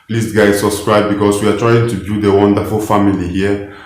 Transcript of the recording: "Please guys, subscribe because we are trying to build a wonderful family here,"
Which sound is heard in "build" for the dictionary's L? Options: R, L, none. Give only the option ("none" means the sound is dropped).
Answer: none